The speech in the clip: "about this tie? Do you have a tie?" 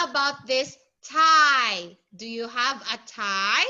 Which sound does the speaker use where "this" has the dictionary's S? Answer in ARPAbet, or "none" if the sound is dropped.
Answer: S